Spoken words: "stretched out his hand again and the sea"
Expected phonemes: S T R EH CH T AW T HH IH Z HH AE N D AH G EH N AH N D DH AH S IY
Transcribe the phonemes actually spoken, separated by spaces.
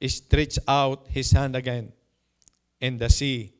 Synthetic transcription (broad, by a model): S T R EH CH AW T HH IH S HH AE N D AH G EH N AH N D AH S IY